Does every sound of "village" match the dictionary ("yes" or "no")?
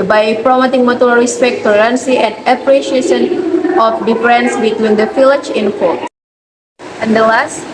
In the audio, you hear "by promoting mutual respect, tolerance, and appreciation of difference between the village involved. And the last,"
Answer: no